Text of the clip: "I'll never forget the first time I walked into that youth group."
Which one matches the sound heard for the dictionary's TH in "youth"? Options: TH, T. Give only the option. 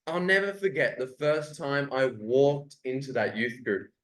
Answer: TH